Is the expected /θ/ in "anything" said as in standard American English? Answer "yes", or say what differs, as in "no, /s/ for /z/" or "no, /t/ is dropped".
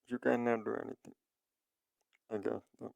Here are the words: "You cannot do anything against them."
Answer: no, /t/ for /θ/